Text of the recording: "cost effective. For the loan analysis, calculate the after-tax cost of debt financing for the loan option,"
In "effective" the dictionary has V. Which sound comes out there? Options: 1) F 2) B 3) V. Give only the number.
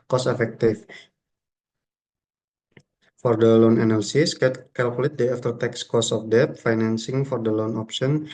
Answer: 1